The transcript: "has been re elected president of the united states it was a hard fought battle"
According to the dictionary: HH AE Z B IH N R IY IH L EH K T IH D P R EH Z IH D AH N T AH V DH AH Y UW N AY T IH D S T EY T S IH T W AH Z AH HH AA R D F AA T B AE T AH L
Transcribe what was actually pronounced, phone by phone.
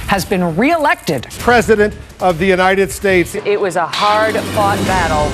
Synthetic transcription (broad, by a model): HH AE Z B IH N R IY IH L EH K T IH D P R EH Z IH D AH N T AH V DH AH Y UW N AY T IH D S T EY T S IH T W AH Z AH HH AA R D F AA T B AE T L